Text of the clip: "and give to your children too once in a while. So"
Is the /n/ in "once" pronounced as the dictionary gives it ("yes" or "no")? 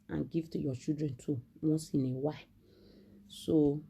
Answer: no